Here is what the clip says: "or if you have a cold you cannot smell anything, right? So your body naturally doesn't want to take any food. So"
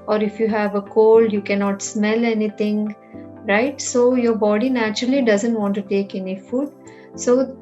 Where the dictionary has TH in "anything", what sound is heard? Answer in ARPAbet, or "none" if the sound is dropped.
T